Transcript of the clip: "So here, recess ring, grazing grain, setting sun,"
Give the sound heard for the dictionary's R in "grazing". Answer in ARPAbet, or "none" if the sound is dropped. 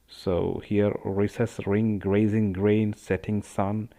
R